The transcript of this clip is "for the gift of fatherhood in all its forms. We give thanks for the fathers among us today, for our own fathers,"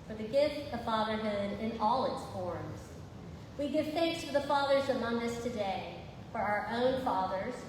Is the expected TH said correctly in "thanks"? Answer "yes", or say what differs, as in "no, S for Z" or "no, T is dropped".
yes